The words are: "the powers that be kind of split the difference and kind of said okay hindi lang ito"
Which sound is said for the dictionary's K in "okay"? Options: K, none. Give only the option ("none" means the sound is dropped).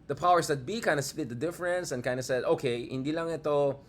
K